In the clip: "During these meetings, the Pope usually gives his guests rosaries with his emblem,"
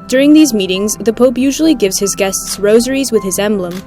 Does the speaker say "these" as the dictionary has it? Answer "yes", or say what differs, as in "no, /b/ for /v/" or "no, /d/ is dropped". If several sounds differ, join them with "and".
yes